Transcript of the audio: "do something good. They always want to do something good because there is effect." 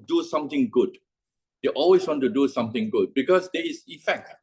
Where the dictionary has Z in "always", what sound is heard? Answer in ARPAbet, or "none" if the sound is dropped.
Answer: S